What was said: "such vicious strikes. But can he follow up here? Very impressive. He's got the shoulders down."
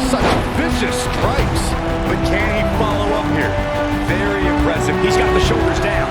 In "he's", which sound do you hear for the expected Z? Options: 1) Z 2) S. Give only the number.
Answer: 1